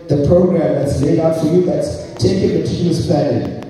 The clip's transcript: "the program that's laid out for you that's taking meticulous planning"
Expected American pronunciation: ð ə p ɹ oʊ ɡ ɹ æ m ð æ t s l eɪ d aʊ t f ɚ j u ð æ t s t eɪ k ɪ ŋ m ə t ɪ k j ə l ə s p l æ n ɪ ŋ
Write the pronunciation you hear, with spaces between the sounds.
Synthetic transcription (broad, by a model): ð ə p ɹ oʊ ɡ ɹ æ m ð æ t s l eɪ d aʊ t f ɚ j u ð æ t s t eɪ k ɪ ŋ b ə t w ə n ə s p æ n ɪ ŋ